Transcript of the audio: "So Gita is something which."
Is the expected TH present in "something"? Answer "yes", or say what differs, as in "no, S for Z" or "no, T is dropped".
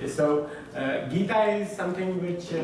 no, T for TH